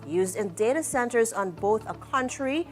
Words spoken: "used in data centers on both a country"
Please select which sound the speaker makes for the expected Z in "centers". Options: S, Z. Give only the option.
Z